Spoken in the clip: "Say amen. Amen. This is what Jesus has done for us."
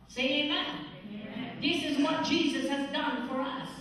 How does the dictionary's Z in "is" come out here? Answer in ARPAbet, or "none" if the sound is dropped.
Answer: Z